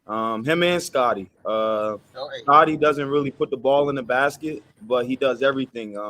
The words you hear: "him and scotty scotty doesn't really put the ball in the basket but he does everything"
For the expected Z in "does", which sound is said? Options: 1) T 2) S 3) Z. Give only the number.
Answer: 3